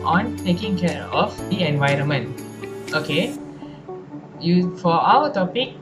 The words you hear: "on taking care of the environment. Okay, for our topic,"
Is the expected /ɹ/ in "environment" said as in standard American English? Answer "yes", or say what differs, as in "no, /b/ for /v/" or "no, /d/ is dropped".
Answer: yes